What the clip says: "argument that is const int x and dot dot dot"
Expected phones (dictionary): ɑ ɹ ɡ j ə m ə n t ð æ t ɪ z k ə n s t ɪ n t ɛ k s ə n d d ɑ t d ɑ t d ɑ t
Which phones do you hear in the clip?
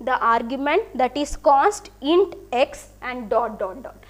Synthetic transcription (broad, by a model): ɑ ɹ ɡ j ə m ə n t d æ t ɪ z k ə s t ɪ n t ɛ k s ə n d d ɑ t d ɑ t d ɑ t